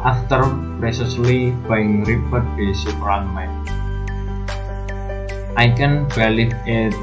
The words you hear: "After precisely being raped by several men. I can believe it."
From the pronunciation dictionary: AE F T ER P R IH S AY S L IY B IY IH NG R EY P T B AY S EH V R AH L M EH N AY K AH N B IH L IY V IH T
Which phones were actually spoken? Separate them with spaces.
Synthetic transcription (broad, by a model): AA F T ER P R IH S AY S L IY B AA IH NG R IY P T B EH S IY P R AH N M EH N AY K AH N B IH L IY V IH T